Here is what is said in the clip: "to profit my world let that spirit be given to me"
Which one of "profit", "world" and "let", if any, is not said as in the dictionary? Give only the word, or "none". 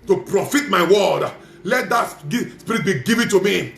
world